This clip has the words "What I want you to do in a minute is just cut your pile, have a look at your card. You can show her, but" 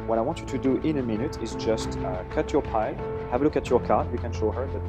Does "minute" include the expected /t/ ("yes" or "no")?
yes